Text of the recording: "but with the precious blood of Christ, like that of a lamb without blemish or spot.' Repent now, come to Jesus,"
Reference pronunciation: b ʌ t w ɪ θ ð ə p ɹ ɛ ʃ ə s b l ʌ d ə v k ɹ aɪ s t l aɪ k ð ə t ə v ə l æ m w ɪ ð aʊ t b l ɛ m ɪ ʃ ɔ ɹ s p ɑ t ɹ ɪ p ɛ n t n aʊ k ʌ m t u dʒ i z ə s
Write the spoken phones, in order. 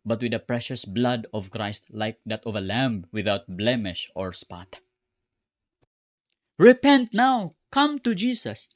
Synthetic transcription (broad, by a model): b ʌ t w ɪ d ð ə p ɹ ɛ ʃ ə s b l ʌ d ə v k ɹ aɪ s t l aɪ k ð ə t ə v ə l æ m w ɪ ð aʊ t b l ɛ m ɪ ʃ ɔ ɹ s p ɑ t ɹ ɪ p ɛ n t n aʊ k ʌ m t u dʒ i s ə s